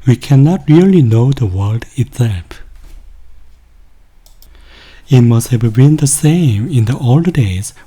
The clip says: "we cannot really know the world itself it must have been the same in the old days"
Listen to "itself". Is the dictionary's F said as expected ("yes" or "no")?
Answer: no